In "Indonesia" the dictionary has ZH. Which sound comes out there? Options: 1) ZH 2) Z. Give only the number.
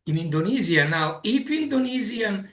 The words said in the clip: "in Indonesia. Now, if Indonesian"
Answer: 2